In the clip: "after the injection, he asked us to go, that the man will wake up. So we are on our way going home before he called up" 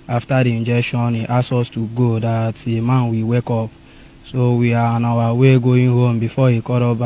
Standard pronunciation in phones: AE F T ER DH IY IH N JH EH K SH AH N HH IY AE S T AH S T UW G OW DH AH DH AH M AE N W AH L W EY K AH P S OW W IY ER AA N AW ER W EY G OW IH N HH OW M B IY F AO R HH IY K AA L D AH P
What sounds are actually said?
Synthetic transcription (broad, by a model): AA F T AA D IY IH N JH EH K SH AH N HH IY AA S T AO S T UW G OW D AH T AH M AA N W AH W EY K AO P S OW W IY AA AA N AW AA W EY G OW IH N HH OW M B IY F AO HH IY K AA D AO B